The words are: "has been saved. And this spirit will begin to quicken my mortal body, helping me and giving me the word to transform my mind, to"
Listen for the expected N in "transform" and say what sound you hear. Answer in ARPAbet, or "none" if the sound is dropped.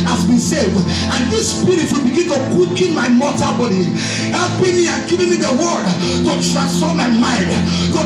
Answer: none